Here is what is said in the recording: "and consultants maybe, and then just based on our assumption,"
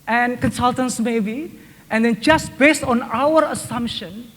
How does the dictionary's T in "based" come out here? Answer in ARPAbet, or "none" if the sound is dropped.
T